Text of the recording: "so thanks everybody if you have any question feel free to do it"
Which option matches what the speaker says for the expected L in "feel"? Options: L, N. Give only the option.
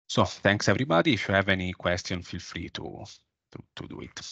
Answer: L